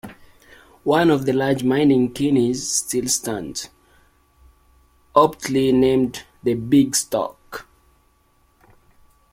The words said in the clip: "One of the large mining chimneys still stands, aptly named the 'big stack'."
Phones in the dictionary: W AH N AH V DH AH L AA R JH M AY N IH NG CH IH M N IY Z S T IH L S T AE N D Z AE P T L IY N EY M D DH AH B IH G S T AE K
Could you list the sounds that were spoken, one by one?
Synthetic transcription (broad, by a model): W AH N AH V DH AH L AA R JH M AY N IH NG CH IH N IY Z S T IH L S T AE N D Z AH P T L IY N EY M D DH AH B IH G S T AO K